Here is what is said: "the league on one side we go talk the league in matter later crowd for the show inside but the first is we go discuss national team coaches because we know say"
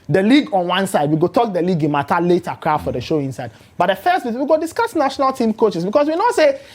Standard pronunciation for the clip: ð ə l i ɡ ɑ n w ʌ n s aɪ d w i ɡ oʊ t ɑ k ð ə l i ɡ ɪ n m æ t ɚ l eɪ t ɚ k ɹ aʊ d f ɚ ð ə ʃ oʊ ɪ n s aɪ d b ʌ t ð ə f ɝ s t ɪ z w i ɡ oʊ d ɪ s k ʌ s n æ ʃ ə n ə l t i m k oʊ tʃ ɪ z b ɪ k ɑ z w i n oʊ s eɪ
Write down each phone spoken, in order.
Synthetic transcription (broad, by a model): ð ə l i ɡ ɑ n w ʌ n s aɪ d w i ɡ oʊ t ɑ k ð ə l i ɡ ɪ n m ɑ t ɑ l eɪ t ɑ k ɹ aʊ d f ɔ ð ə ʃ oʊ ɪ n s aɪ d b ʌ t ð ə f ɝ s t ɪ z w i ɡ oʊ d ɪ s k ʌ s n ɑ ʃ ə n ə l t i m k oʊ tʃ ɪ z b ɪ k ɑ s w i n oʊ s eɪ